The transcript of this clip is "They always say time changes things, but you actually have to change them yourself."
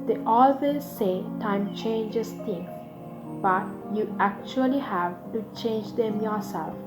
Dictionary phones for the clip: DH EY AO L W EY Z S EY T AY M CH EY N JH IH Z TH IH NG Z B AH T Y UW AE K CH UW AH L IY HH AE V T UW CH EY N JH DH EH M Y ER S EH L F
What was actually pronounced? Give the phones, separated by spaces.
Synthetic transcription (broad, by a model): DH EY AO L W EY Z S EY T AY M CH EY N JH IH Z T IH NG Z B AH T Y UW AE K CH UW AH L IY HH AE V T UW CH EY N JH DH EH M Y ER S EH L F